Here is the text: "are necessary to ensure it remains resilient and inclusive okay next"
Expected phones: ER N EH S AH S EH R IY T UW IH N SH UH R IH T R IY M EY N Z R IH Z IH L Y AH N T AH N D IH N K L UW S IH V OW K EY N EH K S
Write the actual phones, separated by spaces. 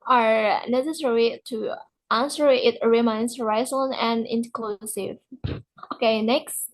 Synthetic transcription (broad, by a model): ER N EH S AH S EH R IY T UW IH N S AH R IH T R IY M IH N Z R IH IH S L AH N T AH N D IH N K L UW S IH V OW K EY N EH K S